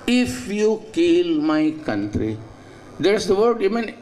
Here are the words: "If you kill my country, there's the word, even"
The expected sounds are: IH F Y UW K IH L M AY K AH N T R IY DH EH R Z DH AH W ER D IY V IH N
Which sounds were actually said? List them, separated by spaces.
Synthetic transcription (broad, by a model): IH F Y UW K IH L M AY K AH N T R IY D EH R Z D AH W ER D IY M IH N